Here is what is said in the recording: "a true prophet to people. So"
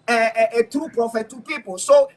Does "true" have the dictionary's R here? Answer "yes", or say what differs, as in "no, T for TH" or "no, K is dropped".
yes